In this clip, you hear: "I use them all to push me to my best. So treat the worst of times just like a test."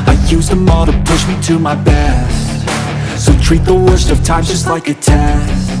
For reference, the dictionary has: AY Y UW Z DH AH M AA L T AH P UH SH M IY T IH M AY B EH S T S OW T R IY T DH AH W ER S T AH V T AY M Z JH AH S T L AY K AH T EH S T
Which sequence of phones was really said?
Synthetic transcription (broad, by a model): AY Y UW Z DH AH M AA T AH P UH SH M IY T IH M AY B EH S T S OW T R IY T DH AH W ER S T AH V T AY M JH AH S T L AY K AH T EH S